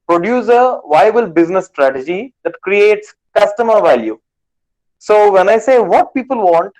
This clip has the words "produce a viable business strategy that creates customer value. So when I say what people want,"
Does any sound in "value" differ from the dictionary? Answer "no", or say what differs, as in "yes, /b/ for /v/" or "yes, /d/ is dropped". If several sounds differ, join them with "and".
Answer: no